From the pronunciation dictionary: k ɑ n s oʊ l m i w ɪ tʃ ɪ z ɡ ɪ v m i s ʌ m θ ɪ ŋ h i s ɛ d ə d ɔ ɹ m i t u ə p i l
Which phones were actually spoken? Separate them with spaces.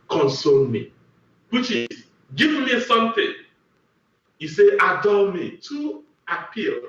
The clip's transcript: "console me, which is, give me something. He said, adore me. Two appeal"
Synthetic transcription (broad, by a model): k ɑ n s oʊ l m i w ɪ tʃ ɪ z ɡ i v m i s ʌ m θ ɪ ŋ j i s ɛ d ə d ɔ l m i t u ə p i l